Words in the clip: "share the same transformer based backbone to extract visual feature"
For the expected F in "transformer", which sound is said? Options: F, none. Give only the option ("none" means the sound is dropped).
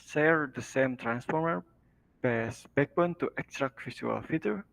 F